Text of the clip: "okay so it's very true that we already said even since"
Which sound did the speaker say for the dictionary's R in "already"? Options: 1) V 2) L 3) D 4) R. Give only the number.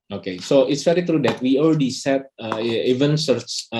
2